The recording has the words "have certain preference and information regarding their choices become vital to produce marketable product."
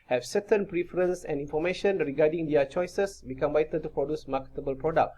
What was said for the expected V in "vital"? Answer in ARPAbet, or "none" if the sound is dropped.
B